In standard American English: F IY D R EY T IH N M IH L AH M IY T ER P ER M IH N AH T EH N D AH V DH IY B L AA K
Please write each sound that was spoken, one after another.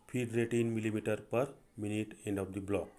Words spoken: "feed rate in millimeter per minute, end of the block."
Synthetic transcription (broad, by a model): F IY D R EY T IH N M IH L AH M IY T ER P ER M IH N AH T EH N D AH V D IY B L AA K